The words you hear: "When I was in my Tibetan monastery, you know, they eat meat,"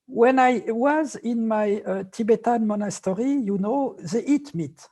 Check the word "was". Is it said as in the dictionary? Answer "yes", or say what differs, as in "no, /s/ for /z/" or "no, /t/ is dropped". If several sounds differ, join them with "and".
yes